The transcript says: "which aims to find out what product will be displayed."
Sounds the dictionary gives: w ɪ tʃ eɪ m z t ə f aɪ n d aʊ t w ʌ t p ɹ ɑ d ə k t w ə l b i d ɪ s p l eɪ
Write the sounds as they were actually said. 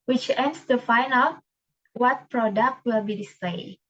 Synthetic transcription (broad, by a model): w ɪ tʃ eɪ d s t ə f aɪ n aʊ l w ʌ t p ɹ ɑ d ə k t w ə l b i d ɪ s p l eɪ